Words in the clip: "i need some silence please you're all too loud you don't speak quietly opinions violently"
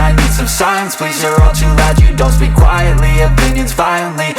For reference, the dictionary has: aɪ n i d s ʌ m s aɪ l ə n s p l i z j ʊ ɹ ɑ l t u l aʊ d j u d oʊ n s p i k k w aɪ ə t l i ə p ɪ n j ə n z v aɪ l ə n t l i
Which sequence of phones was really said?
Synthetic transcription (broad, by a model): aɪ n i d s ʌ m s aɪ ə n s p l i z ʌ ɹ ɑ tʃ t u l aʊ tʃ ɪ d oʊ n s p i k k w aɪ ə t l i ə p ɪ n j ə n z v aɪ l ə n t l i